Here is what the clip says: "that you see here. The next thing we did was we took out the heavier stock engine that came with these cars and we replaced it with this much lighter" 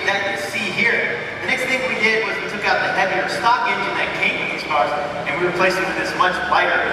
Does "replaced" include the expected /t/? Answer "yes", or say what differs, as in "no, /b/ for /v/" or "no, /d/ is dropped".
no, /t/ is dropped